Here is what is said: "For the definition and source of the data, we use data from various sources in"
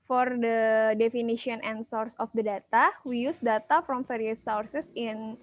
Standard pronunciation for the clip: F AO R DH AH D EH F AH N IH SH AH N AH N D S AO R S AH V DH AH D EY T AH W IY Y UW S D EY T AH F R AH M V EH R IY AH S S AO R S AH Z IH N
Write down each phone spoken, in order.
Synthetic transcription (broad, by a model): F AO R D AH D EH F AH N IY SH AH N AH N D S AO R S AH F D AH D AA T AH W IY Y UW S D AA T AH F R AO M F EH R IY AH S S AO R S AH S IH N